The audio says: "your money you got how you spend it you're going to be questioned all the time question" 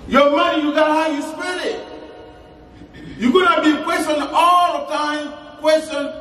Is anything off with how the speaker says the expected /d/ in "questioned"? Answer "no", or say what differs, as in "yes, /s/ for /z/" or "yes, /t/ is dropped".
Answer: yes, /d/ is dropped